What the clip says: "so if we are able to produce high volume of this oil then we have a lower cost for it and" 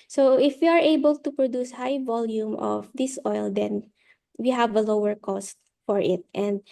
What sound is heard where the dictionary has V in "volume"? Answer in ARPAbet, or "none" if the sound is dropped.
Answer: V